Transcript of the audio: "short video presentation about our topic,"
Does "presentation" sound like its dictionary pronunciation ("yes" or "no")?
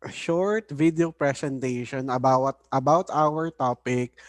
no